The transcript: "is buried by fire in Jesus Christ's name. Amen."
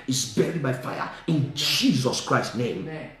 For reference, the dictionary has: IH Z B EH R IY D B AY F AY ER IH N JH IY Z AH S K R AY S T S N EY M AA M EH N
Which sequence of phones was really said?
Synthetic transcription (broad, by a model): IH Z B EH R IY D B AY F AY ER IH N JH IY Z AH S K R AY S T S N EY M M